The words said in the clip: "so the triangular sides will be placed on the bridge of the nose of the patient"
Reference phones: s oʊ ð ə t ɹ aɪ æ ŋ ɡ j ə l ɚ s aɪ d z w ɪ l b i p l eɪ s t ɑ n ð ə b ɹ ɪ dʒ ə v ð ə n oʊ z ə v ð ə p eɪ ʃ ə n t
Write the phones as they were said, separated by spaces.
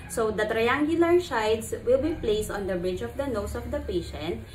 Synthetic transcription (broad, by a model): s oʊ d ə t ɹ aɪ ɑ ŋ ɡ j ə l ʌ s aɪ d s w ɪ l b i p l eɪ s t ɑ n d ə b ɹ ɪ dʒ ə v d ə n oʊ s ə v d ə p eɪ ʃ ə n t